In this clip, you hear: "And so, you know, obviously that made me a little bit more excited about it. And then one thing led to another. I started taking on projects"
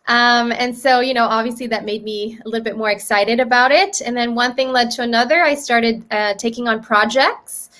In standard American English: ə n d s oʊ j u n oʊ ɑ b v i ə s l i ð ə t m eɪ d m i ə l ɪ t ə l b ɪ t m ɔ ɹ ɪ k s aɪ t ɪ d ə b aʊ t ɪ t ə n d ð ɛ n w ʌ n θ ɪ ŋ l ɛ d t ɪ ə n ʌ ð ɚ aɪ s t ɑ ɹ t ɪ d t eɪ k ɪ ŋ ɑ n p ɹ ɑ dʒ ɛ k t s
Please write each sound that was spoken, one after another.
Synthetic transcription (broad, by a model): ə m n s oʊ j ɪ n oʊ ɑ b v i ə s l i ð ə t m eɪ d m i ə l ɪ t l b ɪ t m ɔ ɹ ɪ k s aɪ t ɪ d ə b aʊ t ɪ t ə n ð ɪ n w ʌ n θ ɪ ŋ l ɛ d t ɪ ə n ʌ ð ɚ aɪ s t ɑ ɹ t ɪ d t eɪ k ɪ ŋ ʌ n p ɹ ɑ dʒ ɛ k t s